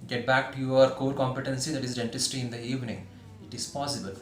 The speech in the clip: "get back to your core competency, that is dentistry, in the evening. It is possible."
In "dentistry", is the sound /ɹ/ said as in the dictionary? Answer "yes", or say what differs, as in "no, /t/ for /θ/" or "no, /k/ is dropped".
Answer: no, /ɹ/ is dropped